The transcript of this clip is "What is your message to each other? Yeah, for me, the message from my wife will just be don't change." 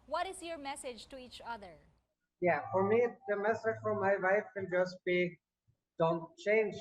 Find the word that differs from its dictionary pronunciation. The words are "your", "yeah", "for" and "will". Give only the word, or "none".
will